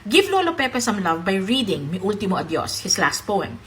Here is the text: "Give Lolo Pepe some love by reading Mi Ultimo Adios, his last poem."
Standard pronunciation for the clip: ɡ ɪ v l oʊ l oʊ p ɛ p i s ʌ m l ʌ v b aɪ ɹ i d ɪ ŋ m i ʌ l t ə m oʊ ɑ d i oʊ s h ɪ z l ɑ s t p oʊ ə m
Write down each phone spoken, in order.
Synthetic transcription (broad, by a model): ɡ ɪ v l oʊ l oʊ p ɛ p i s ʌ m l ʌ v b aɪ ɹ i d ɪ ŋ m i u l t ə m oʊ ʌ d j oʊ s h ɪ s l ɑ s t p oʊ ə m